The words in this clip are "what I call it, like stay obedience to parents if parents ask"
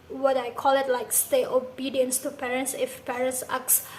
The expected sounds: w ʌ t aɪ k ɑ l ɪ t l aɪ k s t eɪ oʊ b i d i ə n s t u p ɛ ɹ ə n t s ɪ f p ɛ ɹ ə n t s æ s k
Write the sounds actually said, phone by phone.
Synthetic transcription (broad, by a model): w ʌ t aɪ k ɑ l ɪ t l aɪ k s t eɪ oʊ b i d i ə n s t u p ɛ ɹ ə n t s ɪ f p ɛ ɹ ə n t s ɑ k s